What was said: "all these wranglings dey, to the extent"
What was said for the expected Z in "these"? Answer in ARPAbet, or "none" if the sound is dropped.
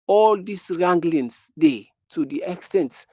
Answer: S